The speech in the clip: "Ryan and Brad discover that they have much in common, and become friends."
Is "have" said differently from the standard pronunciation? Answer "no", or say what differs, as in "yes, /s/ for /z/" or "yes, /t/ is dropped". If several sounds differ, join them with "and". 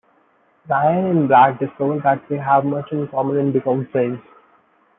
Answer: no